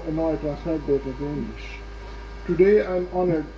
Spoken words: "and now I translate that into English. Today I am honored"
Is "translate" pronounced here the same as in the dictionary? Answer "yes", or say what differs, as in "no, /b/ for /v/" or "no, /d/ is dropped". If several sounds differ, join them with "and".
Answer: no, /ɹ/ is dropped and /n/ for /l/